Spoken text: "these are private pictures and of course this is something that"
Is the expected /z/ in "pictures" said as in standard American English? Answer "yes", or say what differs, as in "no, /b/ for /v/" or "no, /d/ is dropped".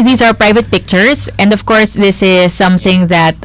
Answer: no, /s/ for /z/